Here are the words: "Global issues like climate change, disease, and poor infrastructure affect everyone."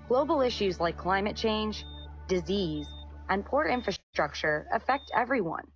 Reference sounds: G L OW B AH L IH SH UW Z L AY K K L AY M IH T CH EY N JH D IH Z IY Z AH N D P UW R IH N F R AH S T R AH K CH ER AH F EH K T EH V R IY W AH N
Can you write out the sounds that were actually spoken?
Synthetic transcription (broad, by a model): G L OW B L IH SH UW Z L AY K K L AY M IH T CH EY N JH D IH Z IY Z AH N P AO R IH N F R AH S T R AH K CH ER AH F EH K T EH V R IY W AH N